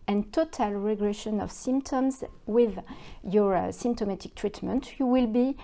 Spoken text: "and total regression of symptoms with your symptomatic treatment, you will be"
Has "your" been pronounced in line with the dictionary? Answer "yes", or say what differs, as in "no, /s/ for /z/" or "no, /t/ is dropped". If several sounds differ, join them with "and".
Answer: yes